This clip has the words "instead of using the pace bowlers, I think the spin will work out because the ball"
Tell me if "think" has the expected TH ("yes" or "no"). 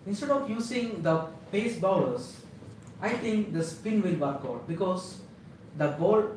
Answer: no